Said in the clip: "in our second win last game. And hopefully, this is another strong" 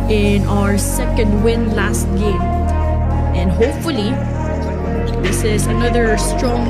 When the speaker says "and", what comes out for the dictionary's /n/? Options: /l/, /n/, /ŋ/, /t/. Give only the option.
/n/